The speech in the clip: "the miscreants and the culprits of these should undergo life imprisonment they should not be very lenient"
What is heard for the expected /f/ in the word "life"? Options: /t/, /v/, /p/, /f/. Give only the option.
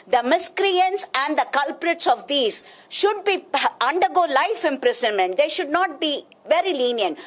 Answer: /f/